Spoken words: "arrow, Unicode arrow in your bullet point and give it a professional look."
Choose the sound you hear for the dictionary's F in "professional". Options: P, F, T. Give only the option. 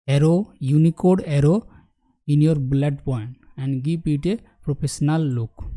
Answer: P